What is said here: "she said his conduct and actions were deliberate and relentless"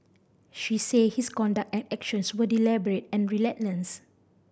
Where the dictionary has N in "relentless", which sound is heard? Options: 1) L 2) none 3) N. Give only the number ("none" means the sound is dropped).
2